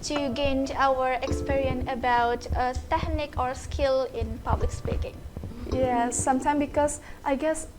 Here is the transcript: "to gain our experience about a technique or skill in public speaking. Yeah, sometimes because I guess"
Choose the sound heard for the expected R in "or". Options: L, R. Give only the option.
R